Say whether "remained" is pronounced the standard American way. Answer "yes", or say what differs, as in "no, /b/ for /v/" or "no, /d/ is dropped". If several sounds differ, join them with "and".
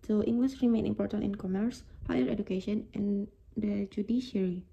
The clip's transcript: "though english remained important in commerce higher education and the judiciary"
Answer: no, /d/ is dropped